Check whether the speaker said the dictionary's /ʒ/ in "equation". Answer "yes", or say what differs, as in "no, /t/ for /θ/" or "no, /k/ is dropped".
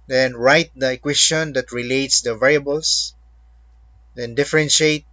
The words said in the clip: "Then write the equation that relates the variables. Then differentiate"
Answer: no, /s/ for /ʒ/